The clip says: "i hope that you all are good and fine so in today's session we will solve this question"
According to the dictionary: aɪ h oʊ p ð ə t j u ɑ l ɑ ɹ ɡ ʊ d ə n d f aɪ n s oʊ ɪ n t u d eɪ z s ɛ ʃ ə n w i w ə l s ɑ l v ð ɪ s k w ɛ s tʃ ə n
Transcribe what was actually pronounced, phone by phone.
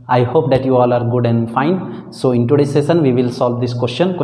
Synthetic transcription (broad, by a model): aɪ h oʊ p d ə t j u ɑ l ɑ ɹ ɡ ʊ d ə n d f aɪ n s oʊ ɪ n t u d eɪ s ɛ s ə n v i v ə l s ɑ l v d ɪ s k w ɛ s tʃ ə n